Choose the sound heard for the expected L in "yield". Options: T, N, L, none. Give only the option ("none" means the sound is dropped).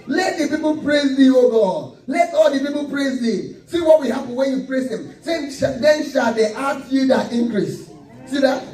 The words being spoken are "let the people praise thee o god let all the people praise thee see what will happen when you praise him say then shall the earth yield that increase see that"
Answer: none